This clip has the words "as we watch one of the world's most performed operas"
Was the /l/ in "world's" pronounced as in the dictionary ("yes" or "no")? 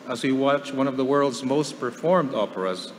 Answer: yes